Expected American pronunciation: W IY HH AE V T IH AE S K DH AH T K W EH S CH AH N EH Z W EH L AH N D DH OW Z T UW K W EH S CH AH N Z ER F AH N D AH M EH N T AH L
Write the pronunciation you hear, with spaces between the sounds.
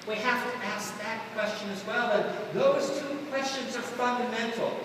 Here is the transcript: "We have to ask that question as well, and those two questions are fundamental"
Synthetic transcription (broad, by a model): W IY HH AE F T IH AE S K DH AH T K W EH S CH AH N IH Z W EH L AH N DH OW Z T UW K W EH S CH AH N Z ER F AH N D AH M EH N T L